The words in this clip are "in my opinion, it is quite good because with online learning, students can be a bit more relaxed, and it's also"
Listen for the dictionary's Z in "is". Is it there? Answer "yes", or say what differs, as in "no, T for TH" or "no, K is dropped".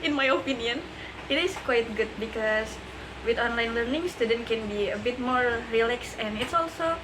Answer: no, S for Z